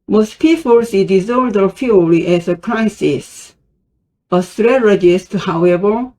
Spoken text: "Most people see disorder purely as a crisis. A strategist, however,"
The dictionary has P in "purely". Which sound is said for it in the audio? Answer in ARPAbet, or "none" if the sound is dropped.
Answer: F